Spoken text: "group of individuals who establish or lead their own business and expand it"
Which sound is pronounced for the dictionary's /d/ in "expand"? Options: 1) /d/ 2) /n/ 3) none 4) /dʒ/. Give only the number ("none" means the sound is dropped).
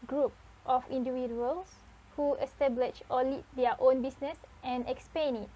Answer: 3